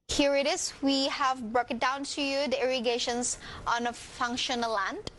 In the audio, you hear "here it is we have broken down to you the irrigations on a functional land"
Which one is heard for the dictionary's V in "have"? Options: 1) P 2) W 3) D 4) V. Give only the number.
4